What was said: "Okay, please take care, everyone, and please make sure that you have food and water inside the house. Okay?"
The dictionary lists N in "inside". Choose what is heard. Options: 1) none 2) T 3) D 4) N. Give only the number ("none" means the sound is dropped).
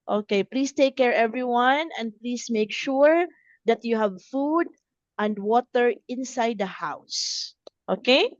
4